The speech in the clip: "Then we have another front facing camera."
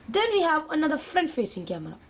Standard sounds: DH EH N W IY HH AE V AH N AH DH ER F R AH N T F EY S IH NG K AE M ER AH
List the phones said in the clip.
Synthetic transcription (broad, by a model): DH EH N W IY HH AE V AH N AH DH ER F R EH N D F EY S IH NG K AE M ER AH